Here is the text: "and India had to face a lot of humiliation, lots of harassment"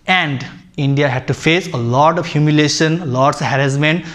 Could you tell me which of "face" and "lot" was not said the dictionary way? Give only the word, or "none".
none